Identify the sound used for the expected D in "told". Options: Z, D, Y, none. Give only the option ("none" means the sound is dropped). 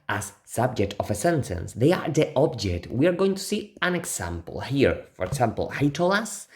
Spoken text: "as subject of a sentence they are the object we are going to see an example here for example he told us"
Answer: none